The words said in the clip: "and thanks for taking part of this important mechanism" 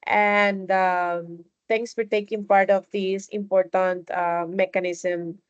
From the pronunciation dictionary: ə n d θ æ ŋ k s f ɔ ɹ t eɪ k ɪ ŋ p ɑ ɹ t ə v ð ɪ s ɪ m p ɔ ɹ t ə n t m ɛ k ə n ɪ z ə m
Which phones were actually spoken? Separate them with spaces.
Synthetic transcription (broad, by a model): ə n d t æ ŋ k s f ɔ ɹ t eɪ k ɪ ŋ p ɑ ɹ t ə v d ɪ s ɪ m p ɔ ɹ t ə n t m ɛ k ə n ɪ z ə m